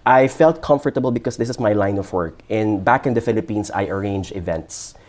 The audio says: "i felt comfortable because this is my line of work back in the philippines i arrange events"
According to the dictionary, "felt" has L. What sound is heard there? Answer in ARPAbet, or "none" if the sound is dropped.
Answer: L